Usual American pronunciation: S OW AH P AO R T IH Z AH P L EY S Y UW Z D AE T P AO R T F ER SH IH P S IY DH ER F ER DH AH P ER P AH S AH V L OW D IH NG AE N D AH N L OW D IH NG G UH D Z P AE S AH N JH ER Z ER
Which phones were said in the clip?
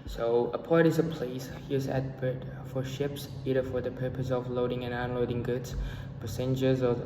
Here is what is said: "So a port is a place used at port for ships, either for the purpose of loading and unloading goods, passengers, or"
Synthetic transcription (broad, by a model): S OW AH P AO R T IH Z AH P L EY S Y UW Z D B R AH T F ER SH IH P S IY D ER F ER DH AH P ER P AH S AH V L OW D IH NG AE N AH N L OW D IH NG G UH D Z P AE S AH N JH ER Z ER